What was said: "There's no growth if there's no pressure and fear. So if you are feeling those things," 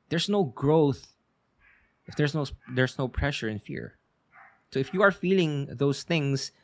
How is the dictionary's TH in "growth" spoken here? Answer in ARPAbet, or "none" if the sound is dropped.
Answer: TH